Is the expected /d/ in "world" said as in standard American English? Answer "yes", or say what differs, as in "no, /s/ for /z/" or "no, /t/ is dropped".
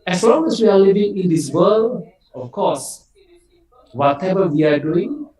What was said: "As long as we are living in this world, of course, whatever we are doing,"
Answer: no, /d/ is dropped